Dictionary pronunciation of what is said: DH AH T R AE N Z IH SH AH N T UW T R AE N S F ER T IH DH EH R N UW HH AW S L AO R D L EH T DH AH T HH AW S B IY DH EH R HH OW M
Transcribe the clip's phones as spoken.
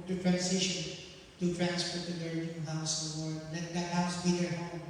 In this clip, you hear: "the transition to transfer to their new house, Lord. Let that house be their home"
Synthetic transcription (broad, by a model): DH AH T R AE N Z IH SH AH N T UW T R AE N S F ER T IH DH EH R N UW HH AW S W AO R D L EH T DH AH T HH AW S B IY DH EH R HH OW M